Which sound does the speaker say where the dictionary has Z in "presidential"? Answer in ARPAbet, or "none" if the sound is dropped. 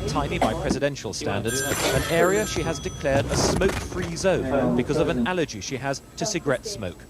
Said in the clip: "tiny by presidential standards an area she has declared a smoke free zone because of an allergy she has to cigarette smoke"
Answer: Z